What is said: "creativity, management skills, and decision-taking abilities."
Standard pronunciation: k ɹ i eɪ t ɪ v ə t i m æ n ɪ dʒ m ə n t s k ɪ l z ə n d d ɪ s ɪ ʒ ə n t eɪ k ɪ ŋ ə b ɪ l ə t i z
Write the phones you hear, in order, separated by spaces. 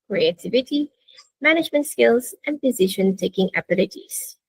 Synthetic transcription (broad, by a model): k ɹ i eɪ t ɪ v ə t i m æ n ɪ dʒ m ə n t s k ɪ l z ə n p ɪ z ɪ ʃ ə n t eɪ k ɪ ŋ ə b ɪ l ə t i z